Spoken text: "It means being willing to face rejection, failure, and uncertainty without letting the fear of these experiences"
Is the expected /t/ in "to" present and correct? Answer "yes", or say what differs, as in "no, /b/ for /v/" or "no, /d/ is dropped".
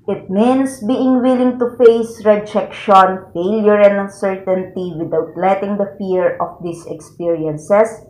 yes